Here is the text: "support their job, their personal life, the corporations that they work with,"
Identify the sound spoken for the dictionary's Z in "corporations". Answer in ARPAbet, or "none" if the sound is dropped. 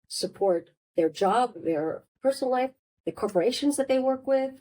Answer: Z